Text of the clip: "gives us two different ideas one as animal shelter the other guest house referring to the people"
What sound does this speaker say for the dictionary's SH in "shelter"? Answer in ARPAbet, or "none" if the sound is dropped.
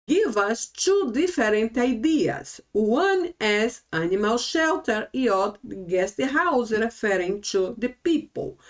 SH